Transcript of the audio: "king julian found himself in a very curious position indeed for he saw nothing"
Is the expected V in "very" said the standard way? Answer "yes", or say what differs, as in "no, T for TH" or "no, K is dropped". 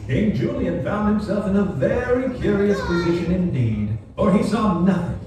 yes